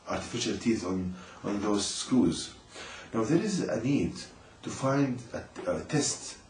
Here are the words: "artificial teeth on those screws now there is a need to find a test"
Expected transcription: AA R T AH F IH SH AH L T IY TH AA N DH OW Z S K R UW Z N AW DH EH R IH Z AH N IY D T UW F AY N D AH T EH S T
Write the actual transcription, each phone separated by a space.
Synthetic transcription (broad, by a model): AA R T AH F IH SH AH L T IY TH AA N DH OW Z S K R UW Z N AW DH EH R IH Z AH N IY D T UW F AY N D AH T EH S T